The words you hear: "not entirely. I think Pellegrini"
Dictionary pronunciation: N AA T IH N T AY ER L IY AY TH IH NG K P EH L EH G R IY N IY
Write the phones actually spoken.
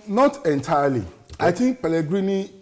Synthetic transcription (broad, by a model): N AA T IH N T AY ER L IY AY T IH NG K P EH L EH G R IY N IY